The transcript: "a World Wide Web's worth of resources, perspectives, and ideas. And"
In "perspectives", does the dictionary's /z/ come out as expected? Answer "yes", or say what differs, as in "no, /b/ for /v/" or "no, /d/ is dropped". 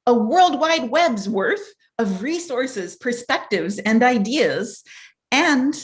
yes